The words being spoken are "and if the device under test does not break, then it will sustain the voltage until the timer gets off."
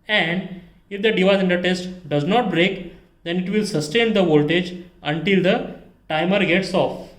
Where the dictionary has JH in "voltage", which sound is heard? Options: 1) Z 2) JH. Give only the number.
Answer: 2